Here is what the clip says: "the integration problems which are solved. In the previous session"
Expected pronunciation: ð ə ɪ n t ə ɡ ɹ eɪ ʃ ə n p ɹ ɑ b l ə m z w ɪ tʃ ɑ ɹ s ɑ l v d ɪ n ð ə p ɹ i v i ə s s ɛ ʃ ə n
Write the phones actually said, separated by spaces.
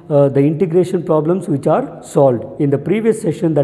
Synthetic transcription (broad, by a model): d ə ɪ n t ə ɡ ɹ eɪ ʃ ə n p ɹ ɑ b l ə m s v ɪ tʃ ɑ ɹ s ɑ l v d ɪ n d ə p ɹ i v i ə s s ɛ ʃ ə n